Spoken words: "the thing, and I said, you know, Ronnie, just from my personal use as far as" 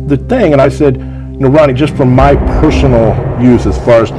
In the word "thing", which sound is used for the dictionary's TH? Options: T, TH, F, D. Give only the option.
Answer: TH